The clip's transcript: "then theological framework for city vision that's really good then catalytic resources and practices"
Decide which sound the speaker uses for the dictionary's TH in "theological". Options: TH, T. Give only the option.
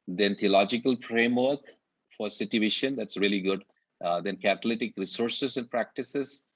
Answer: T